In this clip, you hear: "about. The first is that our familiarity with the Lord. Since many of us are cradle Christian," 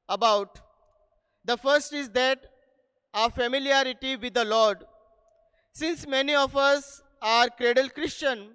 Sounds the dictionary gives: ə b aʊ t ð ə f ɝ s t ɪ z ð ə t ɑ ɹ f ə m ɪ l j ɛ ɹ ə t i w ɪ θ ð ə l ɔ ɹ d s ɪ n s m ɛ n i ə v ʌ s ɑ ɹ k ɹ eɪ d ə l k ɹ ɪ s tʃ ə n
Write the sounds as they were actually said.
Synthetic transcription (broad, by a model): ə b aʊ t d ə f ɝ s t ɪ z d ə t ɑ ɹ f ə m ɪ l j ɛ ɹ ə t i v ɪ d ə l ɔ ɹ d s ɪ n s m ɛ n i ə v ʌ s ɑ ɹ k ɹ eɪ d ə l k ɹ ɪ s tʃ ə n